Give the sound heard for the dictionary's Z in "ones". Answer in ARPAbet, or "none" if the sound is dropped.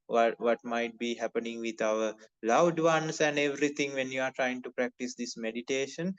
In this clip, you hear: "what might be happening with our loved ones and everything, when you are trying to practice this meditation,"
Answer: S